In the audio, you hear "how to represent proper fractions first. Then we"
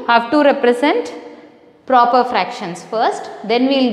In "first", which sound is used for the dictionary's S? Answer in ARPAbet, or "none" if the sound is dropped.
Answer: S